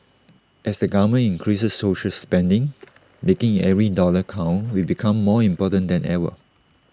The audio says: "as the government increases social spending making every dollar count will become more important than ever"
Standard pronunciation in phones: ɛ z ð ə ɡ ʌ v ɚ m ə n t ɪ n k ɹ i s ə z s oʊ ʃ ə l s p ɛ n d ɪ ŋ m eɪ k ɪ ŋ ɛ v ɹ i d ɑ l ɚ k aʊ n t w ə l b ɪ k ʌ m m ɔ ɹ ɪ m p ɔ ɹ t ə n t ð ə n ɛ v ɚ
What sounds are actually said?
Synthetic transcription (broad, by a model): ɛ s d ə ɡ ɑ m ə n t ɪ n k ɹ i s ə s oʊ ʃ ə l s p ɛ n d ɪ ŋ m eɪ k ɪ ŋ ɛ v ɹ i d ɑ l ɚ k aʊ n w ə b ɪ k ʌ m m ɔ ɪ m p ɔ t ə n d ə n ɛ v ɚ